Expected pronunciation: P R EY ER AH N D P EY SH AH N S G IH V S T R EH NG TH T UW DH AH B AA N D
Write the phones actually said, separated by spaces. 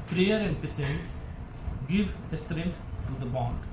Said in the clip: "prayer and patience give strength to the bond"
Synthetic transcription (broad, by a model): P R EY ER AH N D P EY S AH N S G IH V S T R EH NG T T UW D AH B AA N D